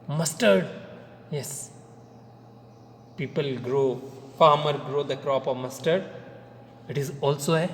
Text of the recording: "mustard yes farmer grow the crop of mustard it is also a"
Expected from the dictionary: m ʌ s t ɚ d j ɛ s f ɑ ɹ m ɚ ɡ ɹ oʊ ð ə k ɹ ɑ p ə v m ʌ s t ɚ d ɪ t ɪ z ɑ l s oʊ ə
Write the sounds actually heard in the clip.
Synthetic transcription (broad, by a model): m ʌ s t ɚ d j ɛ s p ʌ ɹ m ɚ ɡ ɹ oʊ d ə k ɹ ɑ p ə v m ʌ s t ɚ d ɪ t ɪ z ɑ l s oʊ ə